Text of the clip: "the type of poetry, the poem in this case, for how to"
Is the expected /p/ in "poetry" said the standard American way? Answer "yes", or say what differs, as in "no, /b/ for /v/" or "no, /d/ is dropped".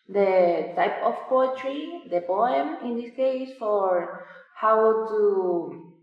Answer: yes